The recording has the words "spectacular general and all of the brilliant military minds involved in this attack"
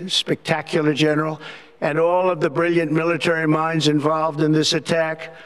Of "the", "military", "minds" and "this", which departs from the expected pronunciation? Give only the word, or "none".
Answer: none